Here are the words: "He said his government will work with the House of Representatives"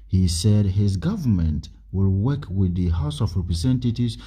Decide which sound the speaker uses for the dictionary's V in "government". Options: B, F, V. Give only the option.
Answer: V